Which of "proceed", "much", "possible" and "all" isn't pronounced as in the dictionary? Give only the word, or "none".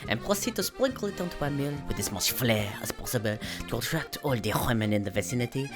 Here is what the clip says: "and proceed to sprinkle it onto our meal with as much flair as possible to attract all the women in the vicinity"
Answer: much